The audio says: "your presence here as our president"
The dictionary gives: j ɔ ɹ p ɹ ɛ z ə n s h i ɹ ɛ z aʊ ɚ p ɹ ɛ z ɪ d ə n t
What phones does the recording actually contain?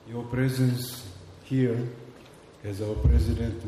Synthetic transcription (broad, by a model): j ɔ p ɹ ɛ z ə n s h i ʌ ɛ z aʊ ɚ p ɹ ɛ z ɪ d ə n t